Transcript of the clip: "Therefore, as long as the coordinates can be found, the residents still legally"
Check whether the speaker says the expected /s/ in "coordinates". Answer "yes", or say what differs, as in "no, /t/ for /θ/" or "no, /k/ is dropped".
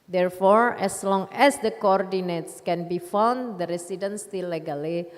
yes